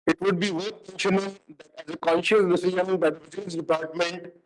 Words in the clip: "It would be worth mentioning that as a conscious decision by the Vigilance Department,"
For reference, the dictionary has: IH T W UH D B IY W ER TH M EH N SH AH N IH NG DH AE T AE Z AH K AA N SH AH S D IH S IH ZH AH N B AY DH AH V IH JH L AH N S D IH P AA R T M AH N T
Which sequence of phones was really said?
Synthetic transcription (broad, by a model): IH T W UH D B IY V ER T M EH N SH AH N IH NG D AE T AE Z AH K AA N SH AH S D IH S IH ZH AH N B AY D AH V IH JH AH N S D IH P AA R T M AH N T